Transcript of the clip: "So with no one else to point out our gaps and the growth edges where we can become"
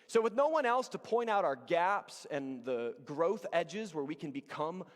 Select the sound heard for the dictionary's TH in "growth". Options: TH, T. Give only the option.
TH